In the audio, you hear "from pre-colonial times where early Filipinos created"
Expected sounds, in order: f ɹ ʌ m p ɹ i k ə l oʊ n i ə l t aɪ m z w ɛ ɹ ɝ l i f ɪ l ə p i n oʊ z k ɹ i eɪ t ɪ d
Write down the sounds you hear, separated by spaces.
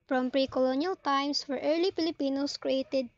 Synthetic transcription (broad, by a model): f ɹ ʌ m p ɹ i k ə l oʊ n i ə l t aɪ m s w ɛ ɹ ɝ l i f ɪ l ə p i n oʊ s k ɹ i eɪ t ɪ d